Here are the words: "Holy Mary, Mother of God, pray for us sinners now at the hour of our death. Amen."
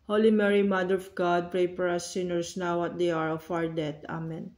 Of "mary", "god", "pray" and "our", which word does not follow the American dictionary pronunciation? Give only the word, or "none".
none